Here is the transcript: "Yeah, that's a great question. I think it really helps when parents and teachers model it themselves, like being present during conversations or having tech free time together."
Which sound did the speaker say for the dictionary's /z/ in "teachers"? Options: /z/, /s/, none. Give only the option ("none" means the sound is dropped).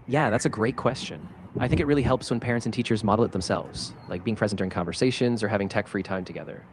/z/